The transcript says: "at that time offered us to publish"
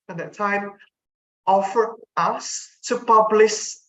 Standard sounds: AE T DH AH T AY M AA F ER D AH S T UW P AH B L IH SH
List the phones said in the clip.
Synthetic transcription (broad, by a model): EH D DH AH T AY M AA F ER AH S T UW P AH B L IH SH